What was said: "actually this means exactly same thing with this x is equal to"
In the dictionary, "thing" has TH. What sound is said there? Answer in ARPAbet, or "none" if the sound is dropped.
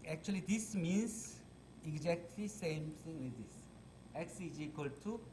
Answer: T